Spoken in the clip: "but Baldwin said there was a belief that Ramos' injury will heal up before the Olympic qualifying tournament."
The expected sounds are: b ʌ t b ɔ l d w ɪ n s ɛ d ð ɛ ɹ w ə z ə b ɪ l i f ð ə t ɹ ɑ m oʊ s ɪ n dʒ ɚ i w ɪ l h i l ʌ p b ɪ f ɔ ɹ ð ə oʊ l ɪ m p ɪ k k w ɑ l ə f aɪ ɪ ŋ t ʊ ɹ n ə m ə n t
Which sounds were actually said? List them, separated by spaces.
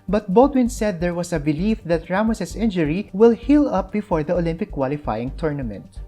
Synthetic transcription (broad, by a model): b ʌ t b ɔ l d w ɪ n s ɛ d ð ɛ ɹ w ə s ə b ɪ l i f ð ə t ɹ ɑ m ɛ s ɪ n dʒ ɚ i w ɪ l h i l ʌ p b ɪ f ɔ ɹ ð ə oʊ l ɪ m p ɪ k k w ɑ l ə f aɪ ɪ ŋ t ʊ ɹ n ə m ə n t